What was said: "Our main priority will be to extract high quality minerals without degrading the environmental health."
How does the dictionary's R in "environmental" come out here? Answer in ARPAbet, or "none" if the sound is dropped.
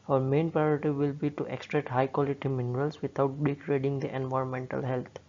R